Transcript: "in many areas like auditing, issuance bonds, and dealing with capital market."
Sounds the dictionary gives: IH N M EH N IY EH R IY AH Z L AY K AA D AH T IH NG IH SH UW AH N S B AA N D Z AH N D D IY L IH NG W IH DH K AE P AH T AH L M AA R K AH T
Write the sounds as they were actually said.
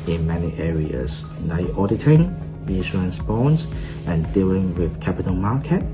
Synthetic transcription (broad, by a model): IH N M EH N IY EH R IY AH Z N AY AA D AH T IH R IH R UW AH N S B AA N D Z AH N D D IY L IH NG W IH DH K AE P AH T AH L M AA K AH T